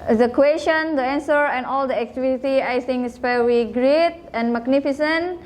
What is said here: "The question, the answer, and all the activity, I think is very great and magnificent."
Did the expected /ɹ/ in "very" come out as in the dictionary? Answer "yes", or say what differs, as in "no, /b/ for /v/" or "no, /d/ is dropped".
no, /w/ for /ɹ/